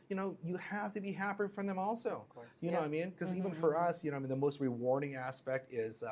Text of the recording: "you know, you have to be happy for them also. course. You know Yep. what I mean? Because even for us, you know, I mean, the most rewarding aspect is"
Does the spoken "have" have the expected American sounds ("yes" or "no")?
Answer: no